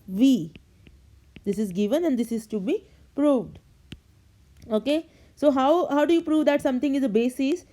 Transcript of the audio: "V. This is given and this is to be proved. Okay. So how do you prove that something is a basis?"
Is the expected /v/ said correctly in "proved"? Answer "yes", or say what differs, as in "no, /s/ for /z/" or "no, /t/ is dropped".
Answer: yes